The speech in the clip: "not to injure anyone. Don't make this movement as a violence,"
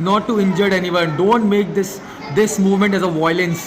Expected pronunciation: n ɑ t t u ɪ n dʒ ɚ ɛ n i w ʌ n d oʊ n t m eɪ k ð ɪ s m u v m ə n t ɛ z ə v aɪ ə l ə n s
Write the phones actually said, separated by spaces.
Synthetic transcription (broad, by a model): n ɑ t t u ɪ n dʒ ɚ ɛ n i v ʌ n d oʊ n t m eɪ k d ɪ s m u v m ə n t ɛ z ə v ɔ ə l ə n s